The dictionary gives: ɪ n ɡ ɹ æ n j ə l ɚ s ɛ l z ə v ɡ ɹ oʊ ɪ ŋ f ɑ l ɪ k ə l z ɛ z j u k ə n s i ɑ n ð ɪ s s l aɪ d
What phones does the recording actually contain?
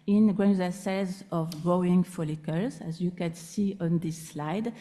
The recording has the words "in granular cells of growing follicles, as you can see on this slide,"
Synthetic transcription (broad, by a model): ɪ n ɡ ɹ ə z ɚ s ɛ z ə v ɡ ɹ oʊ ɪ ŋ f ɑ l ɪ k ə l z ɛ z j u k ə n s i ɑ n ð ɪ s s l aɪ d